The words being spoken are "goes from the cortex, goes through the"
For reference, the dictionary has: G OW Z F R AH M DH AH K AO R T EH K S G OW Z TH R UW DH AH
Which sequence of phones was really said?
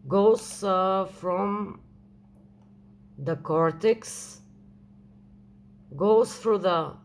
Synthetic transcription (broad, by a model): G OW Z F R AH M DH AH K AO R T EH K S G OW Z F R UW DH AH